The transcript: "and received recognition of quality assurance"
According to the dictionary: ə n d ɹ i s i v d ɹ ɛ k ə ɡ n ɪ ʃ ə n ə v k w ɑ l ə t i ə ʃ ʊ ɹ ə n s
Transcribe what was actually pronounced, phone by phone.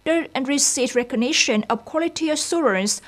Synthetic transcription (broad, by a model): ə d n ɹ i s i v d ɹ ɛ k ə ɡ n ɪ ʃ ə n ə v k w ɑ l ə t i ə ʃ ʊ ɹ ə n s